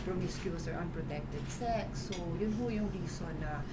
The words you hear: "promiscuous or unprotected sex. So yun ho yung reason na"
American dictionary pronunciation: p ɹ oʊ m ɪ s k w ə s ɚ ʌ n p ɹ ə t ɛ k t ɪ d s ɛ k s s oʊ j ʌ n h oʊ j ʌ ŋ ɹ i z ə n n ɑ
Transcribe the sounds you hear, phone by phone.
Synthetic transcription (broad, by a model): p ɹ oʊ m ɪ s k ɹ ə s ɚ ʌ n p ɹ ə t ɛ k t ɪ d s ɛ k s s oʊ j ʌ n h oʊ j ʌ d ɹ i s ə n n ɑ